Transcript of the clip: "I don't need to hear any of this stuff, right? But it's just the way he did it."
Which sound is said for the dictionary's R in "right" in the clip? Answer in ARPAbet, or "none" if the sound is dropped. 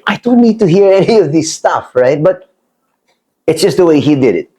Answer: R